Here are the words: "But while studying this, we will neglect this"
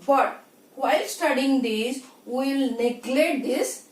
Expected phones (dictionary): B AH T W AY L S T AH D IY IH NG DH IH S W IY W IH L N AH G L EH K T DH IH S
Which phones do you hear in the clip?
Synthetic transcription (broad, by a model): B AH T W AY L S T AH D IY IH NG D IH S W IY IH L N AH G L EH T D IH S